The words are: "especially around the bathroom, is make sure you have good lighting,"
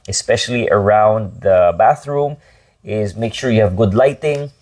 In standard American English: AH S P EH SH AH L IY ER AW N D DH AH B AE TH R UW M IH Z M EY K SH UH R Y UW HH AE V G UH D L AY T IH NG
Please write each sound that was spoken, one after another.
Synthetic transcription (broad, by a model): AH S P EH SH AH L IY ER AW N D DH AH B AE TH R UW M IH Z M EY K SH UH R Y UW HH AE V G UH D L AY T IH NG